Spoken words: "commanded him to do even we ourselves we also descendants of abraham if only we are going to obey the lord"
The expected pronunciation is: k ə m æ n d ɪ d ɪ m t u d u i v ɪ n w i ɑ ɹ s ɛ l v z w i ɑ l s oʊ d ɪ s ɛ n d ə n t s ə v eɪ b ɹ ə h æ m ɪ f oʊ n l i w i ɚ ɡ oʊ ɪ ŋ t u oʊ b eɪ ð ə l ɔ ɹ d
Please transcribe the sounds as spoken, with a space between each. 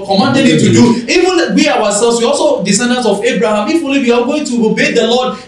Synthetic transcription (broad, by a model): k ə m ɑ n d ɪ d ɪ t u d u i v ɪ n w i ɑ w s ɛ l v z w i ɑ l s oʊ d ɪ s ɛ n d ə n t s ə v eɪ b ɹ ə h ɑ m ɪ f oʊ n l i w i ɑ ɡ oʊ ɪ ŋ t u oʊ b eɪ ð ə l ɔ d